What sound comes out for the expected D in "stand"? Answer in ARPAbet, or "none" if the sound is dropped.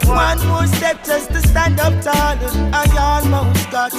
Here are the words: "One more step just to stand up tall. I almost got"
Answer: D